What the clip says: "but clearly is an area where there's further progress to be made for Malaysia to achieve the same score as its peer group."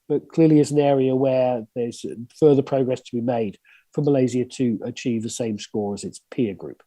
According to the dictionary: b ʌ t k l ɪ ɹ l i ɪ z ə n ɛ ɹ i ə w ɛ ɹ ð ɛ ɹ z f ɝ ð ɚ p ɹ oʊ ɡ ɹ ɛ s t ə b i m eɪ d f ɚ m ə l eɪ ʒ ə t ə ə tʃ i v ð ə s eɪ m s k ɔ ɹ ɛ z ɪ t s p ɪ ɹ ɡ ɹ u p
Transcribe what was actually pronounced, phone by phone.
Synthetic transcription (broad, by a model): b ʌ t k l ɪ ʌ l i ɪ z ə n ɛ ɹ i ə w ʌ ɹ ð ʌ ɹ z f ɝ ð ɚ p ɹ oʊ ɡ ɹ ɛ s t ə b i m eɪ d f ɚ m ə l eɪ z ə t ə ə tʃ i v ð ə s eɪ m s k ɔ ɹ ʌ z ɪ t s p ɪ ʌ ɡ ɹ u p